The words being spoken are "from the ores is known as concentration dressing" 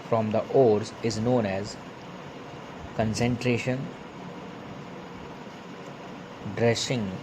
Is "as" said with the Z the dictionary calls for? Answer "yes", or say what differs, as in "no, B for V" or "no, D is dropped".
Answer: yes